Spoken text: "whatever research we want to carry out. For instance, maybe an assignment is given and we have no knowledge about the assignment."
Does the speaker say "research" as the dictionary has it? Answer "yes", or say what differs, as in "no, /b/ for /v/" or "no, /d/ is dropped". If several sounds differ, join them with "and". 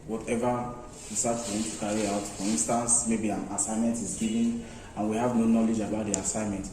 no, /w/ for /ɹ/